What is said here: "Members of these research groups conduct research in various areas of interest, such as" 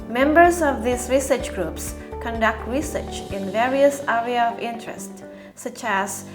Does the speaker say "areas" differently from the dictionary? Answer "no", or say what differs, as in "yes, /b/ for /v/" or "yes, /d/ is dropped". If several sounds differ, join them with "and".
yes, /z/ is dropped